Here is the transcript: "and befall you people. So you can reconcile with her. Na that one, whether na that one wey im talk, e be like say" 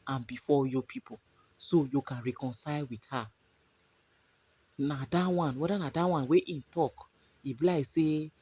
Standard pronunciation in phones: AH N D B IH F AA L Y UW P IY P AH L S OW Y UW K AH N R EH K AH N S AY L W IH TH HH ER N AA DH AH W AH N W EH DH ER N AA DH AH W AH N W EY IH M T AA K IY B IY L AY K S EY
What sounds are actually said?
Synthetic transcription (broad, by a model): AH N B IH F AA Y UW P IY P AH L S OW Y UW K AH N R EH K AH N S AY L W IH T HH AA N AA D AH W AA N W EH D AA N AA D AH W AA N W EY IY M T AA K IY B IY L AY S EY